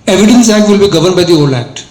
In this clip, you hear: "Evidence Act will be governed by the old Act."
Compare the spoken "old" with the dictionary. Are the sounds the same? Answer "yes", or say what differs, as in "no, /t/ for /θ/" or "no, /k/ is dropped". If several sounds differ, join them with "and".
no, /d/ is dropped